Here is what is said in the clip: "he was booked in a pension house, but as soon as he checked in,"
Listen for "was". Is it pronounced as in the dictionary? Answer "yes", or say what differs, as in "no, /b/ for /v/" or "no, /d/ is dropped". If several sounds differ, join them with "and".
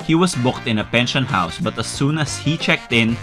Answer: no, /s/ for /z/